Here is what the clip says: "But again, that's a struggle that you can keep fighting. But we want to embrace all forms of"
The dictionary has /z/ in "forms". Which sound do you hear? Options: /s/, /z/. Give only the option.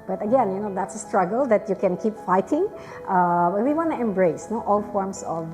/s/